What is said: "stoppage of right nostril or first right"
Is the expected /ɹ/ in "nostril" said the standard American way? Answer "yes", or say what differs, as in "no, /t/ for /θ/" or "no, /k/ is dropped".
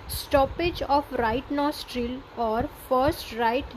yes